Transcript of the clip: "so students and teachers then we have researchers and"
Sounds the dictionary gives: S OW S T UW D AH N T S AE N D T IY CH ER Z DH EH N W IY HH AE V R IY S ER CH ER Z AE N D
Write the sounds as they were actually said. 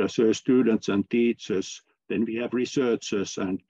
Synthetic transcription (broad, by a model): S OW S T UW D AH N T S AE N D T IY CH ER S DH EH N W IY HH AE V R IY S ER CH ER S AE N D